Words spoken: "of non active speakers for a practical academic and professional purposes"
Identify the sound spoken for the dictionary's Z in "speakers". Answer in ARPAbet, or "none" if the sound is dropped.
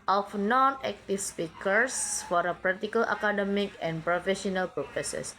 S